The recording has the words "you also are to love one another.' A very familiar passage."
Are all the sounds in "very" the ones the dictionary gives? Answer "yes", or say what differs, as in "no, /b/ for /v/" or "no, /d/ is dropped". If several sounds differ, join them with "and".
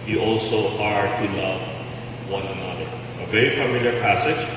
no, /ɹ/ is dropped